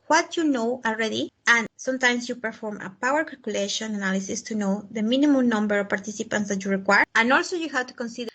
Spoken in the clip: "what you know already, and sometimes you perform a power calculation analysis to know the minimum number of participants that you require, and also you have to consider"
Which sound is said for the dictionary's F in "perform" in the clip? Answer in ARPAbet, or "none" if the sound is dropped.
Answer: F